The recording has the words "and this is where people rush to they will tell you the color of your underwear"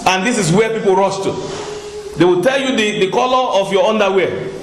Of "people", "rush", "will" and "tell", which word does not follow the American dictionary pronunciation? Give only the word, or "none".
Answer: rush